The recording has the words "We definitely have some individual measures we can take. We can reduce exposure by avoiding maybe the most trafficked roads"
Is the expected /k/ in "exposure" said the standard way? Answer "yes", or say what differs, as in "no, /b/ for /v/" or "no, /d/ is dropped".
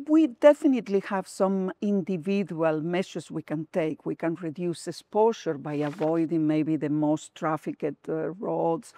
no, /k/ is dropped